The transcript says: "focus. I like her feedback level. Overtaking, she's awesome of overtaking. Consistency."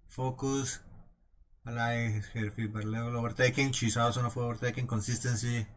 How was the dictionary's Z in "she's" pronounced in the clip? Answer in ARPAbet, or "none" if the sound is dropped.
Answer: S